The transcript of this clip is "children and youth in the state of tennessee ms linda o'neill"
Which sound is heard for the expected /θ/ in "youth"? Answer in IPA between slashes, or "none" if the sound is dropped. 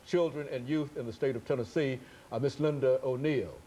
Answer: /θ/